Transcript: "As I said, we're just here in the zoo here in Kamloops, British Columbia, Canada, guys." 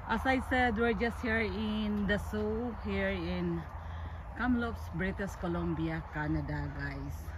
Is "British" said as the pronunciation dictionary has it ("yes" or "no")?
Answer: no